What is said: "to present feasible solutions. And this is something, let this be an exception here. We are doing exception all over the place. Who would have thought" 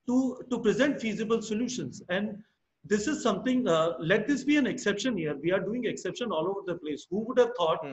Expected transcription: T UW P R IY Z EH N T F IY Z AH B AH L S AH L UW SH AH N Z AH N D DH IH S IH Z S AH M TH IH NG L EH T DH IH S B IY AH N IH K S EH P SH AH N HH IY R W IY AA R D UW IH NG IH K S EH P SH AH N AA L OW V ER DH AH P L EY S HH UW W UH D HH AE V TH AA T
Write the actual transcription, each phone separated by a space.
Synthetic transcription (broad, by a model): T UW P R IY Z EH N T F IY Z AH B AH L S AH L UW SH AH N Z AH N D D IH S IH Z S AH M T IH NG L EH T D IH S B IY AH N IH K S EH P SH AH N HH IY R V IY AA R D UW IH NG IH K S EH P SH AH N AA L OW V ER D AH P L EY S HH UW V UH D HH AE V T AA T